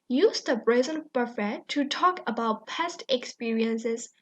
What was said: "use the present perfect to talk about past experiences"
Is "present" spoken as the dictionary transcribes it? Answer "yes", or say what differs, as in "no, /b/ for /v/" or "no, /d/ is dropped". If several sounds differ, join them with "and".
no, /b/ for /p/